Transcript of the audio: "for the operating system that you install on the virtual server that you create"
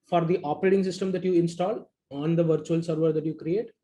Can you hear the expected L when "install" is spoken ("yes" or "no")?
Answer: yes